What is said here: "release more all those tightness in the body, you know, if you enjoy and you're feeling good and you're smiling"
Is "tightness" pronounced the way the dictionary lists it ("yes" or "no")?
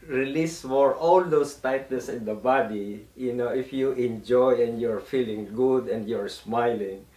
no